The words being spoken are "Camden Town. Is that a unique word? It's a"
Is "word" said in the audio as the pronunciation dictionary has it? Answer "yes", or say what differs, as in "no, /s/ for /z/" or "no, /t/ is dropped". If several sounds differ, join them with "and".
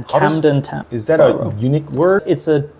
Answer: no, /d/ is dropped